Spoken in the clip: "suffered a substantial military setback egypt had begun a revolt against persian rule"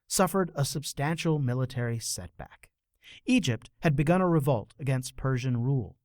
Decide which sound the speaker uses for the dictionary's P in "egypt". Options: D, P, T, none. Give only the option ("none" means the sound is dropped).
P